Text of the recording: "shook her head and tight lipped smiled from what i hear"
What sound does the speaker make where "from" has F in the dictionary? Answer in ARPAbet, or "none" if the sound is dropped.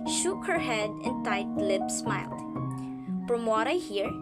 P